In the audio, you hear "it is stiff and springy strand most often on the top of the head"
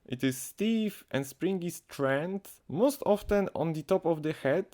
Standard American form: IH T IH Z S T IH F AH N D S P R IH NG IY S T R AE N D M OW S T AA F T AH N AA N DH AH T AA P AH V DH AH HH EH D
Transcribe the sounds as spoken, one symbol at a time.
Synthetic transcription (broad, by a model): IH T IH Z S T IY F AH N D S P R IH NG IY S T R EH N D M OW S T AA F T AH N AA N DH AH T AA P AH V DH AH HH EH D